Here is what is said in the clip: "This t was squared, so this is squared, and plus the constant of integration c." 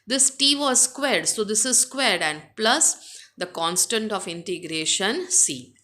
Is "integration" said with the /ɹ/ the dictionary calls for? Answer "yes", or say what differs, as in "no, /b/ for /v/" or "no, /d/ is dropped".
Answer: yes